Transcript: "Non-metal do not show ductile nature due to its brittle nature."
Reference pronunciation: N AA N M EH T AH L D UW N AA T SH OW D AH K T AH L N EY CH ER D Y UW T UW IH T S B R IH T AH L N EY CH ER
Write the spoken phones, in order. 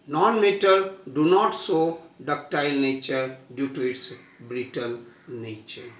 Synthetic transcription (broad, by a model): N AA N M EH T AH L D UW N AA T S OW D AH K T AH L N EY CH ER D Y UW T UW IH T S B R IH T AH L N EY CH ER